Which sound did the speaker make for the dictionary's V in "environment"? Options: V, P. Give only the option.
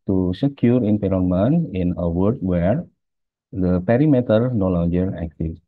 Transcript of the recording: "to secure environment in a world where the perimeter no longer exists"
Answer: P